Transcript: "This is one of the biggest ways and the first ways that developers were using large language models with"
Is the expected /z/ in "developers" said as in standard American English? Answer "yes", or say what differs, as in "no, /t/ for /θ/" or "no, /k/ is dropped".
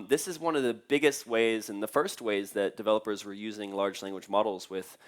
yes